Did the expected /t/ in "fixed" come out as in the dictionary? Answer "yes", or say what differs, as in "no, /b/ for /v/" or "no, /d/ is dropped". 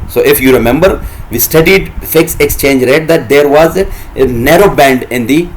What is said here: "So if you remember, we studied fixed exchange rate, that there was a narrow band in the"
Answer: no, /t/ is dropped